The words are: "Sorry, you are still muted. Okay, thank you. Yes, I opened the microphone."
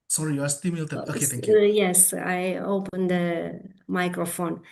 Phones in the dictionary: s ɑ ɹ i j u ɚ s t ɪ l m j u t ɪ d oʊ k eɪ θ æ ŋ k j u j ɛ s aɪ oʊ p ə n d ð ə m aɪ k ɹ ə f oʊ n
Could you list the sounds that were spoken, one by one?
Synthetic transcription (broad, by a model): s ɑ ɹ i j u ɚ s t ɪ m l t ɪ oʊ k eɪ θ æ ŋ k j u j ɛ s aɪ oʊ p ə n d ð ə m aɪ k ɹ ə f oʊ n